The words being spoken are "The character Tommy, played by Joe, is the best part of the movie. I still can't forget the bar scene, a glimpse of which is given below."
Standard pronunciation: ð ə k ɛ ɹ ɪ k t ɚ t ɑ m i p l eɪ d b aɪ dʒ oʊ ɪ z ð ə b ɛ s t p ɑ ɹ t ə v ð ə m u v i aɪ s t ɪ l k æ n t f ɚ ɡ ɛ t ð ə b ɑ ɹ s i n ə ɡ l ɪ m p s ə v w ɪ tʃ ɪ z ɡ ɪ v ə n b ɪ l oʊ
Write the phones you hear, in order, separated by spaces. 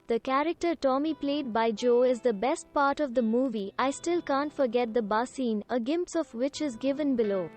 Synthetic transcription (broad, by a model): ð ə k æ ɹ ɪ k t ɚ t ɑ m i p l eɪ d b aɪ dʒ oʊ ɪ z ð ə b ɛ s t p ɑ ɹ t ə v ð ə m u v i aɪ s t ɪ l k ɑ n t f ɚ ɡ ɛ t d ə b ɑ s i n ə ɡ ɪ m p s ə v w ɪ tʃ ɪ z ɡ ɪ v ə n b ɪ l oʊ